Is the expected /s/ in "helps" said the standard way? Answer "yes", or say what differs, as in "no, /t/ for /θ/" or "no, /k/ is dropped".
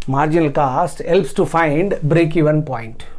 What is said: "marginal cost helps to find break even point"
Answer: yes